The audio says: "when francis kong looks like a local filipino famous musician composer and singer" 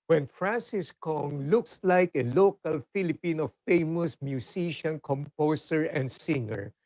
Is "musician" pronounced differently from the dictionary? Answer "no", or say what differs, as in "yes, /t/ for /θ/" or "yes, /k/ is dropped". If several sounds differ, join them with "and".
yes, /s/ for /z/